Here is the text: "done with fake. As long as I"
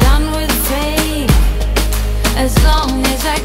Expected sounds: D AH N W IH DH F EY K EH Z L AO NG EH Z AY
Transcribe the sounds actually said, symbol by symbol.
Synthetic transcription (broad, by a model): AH N W IH DH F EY IH Z L AO NG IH Z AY